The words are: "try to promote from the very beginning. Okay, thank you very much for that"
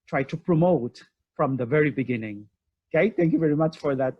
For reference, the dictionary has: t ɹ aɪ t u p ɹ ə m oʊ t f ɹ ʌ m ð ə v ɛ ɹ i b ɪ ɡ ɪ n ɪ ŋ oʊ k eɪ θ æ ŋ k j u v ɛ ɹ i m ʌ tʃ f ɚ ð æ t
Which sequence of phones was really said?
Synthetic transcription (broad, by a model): t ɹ aɪ t u p ɹ ə m oʊ t f ɹ ʌ m ð ə v ɛ ɹ i b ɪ ɡ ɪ n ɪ ŋ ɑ ɪ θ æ ŋ k j u v ɛ ɹ i m ʌ tʃ f ɚ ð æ t